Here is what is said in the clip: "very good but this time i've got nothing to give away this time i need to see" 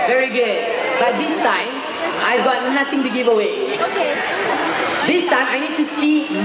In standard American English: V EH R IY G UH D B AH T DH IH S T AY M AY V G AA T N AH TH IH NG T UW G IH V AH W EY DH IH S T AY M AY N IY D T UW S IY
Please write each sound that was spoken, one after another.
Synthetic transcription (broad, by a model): V EH R IY G UH D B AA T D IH S T AY M AY V G AA T N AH T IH NG T UW G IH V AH W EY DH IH S T AY M AY N IY D T UW S IY